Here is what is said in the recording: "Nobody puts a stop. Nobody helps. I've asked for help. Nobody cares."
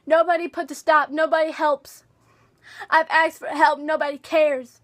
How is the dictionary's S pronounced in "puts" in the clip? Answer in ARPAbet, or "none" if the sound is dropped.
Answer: none